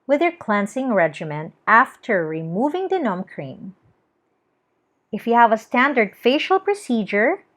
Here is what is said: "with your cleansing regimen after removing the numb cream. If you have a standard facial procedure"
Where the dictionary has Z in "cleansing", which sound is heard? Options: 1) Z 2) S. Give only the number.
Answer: 2